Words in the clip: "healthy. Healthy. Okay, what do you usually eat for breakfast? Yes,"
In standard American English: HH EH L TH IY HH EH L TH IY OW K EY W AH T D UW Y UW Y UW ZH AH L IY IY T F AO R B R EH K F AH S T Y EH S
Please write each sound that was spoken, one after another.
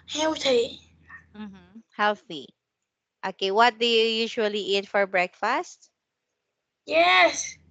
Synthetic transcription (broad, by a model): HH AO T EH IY HH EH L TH IY OW K EY W AH T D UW Y UW Y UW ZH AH L IY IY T F AO R B R EH K F AH S T Y EH S